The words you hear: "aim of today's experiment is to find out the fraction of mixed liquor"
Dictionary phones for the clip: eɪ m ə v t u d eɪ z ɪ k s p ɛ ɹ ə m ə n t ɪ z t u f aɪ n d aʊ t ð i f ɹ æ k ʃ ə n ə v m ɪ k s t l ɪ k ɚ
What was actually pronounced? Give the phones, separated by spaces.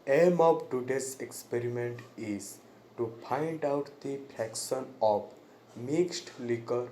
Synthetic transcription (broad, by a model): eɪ m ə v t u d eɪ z ɪ k s p ɛ ɹ ə m ə n t ɪ z t u p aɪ n d aʊ t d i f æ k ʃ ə n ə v m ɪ k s t l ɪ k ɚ